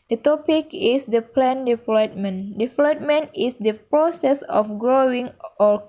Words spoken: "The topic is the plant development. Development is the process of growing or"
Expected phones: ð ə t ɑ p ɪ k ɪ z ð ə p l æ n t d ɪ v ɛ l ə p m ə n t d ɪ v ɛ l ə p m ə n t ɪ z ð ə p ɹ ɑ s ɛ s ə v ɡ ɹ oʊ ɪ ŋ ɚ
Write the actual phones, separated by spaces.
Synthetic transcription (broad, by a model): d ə t ɑ p ɪ k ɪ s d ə p l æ n d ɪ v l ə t m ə n d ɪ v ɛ l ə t m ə n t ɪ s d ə p ɹ ɑ s ɛ s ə f ɡ ɹ oʊ ɪ ŋ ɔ